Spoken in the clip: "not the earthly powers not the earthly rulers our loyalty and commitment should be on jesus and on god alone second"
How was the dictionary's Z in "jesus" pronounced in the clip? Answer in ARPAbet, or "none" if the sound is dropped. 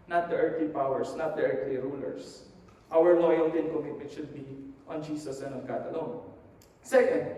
S